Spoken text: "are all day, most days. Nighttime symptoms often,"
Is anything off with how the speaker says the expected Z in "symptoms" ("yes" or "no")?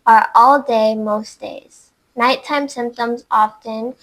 no